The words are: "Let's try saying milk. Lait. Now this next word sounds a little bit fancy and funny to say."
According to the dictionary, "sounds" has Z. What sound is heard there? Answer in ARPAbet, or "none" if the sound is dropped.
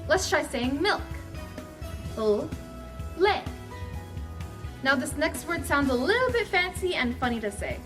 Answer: Z